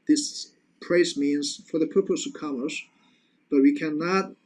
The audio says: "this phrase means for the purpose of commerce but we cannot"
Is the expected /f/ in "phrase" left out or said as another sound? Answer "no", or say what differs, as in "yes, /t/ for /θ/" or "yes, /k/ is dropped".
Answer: yes, /p/ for /f/